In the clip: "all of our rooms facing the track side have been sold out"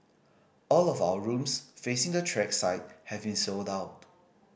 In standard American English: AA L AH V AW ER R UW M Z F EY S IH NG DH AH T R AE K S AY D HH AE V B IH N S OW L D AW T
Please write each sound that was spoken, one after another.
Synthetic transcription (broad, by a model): AA L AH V AW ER R UW M S F EY S IH NG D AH T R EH K S AY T HH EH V B IH N S OW L D AW T